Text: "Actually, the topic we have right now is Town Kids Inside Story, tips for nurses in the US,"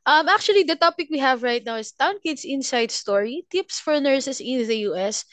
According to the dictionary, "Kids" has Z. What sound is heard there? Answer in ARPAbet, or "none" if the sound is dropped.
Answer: S